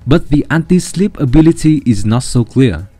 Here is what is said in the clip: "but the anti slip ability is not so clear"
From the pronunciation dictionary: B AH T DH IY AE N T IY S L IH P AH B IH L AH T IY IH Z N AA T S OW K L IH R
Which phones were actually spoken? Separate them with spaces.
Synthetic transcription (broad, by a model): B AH T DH IY AE N T IY S L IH P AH B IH L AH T IY IH Z N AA T S OW K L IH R